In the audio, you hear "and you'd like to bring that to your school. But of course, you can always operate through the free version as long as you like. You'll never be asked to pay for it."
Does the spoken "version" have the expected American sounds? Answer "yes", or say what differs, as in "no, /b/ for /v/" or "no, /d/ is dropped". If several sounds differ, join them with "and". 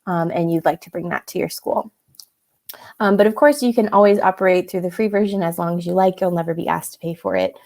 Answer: yes